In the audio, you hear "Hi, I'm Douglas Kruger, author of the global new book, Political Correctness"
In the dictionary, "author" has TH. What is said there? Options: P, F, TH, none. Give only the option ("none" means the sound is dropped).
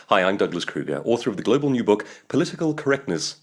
TH